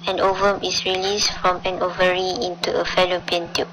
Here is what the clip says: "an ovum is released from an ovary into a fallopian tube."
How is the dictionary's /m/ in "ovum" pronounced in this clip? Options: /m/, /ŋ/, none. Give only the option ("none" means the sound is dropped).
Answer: /m/